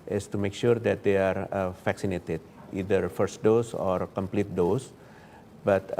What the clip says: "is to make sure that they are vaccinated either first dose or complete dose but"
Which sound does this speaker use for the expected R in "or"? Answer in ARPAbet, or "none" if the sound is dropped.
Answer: R